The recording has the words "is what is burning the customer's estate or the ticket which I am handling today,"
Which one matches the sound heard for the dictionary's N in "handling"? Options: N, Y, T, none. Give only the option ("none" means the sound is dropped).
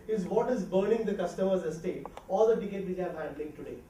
none